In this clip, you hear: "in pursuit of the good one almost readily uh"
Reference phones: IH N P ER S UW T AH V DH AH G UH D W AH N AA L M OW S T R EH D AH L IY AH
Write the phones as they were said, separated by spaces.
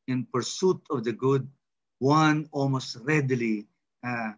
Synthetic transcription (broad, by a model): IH N P ER S UW T AH V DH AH G UH D W AH N AA L M OW S T R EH D L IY